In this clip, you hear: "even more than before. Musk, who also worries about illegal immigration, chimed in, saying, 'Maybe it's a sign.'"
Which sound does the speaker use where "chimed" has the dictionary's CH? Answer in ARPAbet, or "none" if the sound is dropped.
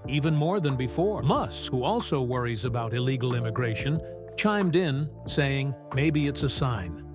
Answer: CH